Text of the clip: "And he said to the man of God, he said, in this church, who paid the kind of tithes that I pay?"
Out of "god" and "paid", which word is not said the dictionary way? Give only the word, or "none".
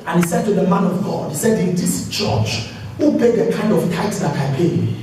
paid